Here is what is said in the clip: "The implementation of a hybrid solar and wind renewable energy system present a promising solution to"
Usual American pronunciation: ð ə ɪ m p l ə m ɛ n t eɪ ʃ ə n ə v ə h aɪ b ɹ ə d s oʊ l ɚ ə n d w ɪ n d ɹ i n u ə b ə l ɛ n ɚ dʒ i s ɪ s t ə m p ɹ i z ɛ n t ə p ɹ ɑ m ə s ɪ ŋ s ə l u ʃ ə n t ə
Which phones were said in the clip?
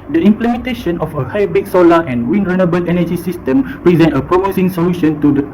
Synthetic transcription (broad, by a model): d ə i m p l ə m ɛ n t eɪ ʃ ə n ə f ə h aɪ b ə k s oʊ l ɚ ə n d w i n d ɹ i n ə b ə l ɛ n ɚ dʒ i s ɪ s t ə m p ɹ i z ɛ n t ə p ɹ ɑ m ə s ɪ ŋ s ə l u ʃ ə n t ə